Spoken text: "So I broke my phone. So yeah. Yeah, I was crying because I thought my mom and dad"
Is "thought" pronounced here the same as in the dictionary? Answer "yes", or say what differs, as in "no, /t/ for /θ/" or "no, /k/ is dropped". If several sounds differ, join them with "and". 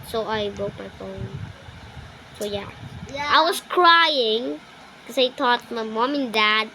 no, /t/ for /θ/